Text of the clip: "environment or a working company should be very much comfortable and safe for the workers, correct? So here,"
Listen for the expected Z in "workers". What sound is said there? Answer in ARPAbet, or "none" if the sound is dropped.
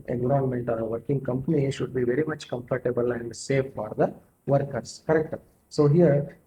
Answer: S